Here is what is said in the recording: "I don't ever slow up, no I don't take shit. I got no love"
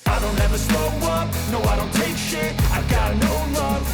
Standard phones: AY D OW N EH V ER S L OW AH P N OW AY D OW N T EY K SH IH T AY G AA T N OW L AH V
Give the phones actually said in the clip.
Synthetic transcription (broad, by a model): AY D OW N EH V ER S OW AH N N OW AY D OW N T EY K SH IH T AY G AA T N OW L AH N